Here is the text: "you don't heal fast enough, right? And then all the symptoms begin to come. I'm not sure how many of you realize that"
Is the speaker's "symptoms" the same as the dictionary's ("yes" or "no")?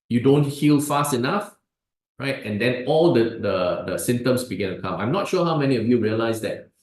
no